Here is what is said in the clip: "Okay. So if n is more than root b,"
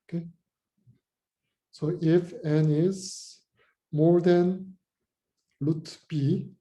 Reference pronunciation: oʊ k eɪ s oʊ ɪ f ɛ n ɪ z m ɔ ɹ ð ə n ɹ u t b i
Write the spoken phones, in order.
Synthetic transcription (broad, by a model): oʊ k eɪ s oʊ ɪ f ɛ n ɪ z m ɔ ɹ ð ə n l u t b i